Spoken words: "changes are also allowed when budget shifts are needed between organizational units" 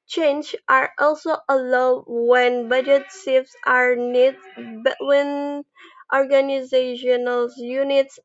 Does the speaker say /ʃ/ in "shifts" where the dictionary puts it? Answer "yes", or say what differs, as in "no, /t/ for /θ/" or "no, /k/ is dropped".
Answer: no, /s/ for /ʃ/